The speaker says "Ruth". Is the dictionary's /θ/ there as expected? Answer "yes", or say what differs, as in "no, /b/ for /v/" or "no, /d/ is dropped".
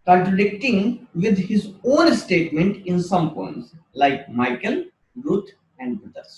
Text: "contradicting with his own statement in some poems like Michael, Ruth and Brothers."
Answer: no, /t/ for /θ/